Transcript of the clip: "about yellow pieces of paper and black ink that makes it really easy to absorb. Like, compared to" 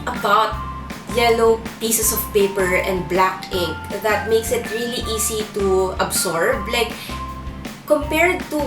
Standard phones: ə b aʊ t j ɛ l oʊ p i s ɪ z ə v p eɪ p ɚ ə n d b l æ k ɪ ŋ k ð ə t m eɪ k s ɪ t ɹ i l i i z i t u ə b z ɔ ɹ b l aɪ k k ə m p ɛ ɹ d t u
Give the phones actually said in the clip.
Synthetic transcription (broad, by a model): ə b aʊ t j ɛ l oʊ p i s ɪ s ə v p eɪ p ɚ ə n d b l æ k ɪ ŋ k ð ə t m eɪ k s ɪ t ɹ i l i i s i t u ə b s ɔ ɹ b l aɪ k k ə m p ɛ ɹ d t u